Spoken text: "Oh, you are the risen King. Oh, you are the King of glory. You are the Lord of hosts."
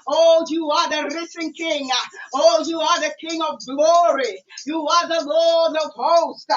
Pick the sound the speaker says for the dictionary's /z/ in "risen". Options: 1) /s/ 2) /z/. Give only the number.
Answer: 1